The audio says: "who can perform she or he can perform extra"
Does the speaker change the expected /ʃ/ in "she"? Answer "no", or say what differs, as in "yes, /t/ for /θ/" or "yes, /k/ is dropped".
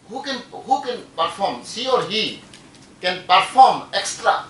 yes, /s/ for /ʃ/